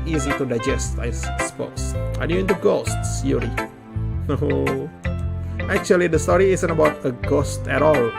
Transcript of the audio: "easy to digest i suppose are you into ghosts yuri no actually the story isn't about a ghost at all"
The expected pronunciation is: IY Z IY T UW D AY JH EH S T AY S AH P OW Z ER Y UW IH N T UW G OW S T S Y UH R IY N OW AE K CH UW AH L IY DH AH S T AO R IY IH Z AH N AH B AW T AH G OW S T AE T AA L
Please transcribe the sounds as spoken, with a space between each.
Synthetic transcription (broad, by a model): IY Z IY T UW D AY JH EH S T AY S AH P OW S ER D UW IH N T UW G OW S T S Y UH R IY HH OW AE K CH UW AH L IY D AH S T AO R IY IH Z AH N AH B AW T AH G OW S T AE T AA L